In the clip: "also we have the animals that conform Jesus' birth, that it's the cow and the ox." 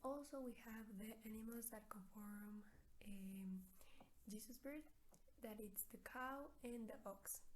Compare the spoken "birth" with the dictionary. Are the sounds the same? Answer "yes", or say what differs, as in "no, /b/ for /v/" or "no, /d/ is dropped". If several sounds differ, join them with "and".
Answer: no, /t/ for /θ/